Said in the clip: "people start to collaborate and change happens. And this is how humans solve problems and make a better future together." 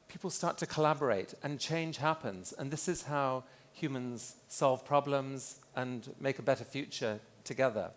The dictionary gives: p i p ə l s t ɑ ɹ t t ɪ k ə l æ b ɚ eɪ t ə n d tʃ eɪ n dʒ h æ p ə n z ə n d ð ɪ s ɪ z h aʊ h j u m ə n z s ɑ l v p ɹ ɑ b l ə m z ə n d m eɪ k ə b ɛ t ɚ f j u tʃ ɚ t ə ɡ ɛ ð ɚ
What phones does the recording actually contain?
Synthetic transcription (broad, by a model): p i p l s t ɑ ɹ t t ɪ k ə l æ b ɚ eɪ t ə n tʃ eɪ n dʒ h æ p ə n z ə n ð ɪ s ɪ z h aʊ h j u m ə n z s ɑ l v p ɹ ɑ b l ə m z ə n m eɪ k ə b ɛ t ɚ f j u tʃ ɚ t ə ɡ ɛ ð ɚ